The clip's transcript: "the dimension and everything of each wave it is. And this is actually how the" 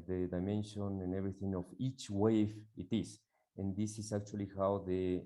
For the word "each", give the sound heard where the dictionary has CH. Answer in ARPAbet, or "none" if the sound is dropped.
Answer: CH